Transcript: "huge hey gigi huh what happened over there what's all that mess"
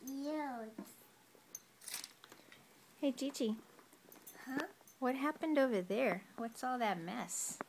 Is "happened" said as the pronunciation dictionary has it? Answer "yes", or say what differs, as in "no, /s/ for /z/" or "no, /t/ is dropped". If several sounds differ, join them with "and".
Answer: yes